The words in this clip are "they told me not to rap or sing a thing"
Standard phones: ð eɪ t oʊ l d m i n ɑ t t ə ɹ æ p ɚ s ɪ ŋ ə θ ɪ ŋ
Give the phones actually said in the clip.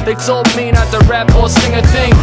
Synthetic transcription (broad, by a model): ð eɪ s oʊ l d m i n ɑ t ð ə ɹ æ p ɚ s ɪ ŋ ə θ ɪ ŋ